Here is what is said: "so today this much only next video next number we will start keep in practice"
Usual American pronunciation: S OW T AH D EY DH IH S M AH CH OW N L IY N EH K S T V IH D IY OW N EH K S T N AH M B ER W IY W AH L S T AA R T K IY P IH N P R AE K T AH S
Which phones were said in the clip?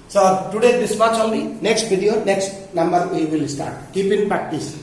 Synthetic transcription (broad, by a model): S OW T AH D EY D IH S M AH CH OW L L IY N EH K S T B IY D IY OW N EH K S T N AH M B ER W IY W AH L S T AA R T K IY P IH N P R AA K T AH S